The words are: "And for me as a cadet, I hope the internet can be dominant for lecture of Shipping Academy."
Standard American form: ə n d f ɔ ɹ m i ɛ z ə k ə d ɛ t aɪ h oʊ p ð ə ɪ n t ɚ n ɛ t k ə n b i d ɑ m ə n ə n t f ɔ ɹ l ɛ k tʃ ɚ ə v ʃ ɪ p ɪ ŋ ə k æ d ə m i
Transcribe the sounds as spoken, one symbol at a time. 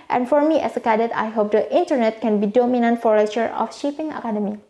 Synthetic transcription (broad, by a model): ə n f ɔ ɹ m i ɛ s ə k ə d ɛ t aɪ h oʊ p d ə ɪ n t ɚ n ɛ t k ə n b i d ɑ m ə n ə n t f ɔ ɹ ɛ tʃ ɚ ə f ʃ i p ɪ ŋ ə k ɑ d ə m i